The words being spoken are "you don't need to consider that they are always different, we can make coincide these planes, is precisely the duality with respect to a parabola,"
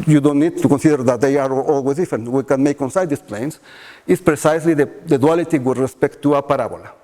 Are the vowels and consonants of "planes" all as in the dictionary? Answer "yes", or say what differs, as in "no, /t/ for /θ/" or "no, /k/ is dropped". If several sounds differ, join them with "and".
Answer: no, /s/ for /z/